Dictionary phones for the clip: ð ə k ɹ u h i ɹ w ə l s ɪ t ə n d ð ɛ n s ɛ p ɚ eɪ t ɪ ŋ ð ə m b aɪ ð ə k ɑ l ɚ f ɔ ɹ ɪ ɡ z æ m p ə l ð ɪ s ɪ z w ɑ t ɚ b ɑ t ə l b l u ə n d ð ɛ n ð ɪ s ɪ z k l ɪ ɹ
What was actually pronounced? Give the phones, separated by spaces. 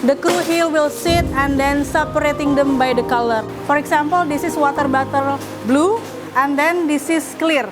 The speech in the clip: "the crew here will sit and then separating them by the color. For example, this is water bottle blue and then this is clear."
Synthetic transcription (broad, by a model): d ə k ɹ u h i l w ə l s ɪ t ə n d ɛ n s ɛ p ɚ eɪ t ɪ ŋ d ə m b aɪ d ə k ɑ l ɚ f ɔ ɹ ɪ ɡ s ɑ m p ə l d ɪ s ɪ s w ɑ t ɚ b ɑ t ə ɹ b l u ə n d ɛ n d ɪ s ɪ s k l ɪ ɹ